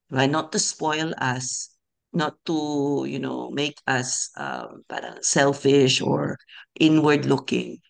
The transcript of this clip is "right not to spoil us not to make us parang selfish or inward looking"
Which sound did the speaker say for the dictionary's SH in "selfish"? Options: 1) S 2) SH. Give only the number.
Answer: 2